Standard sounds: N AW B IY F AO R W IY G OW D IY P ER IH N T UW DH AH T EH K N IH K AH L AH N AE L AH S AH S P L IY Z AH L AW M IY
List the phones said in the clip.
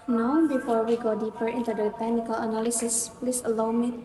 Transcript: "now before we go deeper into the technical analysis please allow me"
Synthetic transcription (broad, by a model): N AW B IY F AO R W IY G OW D IY P ER IH N T UW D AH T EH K N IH K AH L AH N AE L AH S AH S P L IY S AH L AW M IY